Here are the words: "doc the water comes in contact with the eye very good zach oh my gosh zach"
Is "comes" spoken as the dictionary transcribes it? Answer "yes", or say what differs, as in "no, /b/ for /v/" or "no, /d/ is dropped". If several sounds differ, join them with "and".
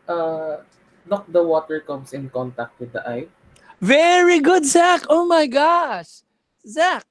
no, /s/ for /z/